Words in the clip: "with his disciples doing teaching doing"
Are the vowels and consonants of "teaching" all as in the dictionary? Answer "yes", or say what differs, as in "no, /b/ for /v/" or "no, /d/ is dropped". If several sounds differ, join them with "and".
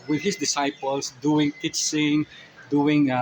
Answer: no, /s/ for /tʃ/